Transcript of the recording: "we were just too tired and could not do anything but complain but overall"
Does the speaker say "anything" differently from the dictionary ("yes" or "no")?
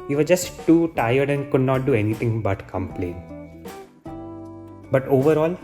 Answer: yes